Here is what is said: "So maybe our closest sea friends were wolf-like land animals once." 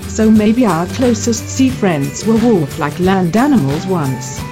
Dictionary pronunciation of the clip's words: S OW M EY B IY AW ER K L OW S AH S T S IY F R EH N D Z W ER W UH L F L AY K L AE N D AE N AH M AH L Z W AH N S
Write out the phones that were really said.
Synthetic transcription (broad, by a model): S OW M EY B IY AW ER K L OW S AH S T S IY F R EH N D Z W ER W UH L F L AY K L AE N D AE N AH M AH L Z W AH N S